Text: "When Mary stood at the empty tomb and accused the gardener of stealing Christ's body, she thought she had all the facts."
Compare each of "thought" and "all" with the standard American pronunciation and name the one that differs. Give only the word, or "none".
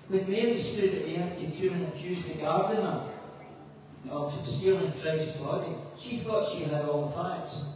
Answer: none